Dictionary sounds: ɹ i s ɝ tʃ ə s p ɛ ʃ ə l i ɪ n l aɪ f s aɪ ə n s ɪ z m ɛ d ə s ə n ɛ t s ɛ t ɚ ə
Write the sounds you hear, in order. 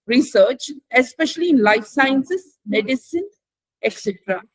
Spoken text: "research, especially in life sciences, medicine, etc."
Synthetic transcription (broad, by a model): ɹ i s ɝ tʃ ə s p ɛ ʃ ə l i ɪ n l aɪ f s aɪ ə n s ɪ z m ɛ d ə s ə n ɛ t s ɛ t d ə